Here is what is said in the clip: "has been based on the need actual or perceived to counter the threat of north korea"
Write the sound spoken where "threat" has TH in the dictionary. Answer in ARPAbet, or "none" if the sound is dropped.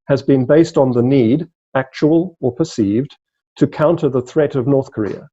TH